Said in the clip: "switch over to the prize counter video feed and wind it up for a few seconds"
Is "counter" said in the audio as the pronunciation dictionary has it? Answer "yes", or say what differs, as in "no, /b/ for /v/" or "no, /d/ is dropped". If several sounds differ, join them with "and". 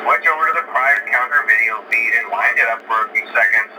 yes